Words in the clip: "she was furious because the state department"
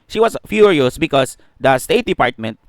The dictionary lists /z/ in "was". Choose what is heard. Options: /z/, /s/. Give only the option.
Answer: /s/